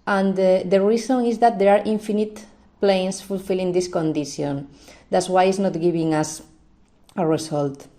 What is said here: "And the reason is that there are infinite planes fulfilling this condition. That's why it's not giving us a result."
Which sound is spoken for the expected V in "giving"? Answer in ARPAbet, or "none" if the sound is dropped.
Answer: B